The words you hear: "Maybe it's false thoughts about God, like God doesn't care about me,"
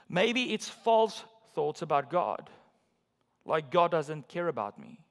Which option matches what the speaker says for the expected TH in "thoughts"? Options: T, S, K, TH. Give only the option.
TH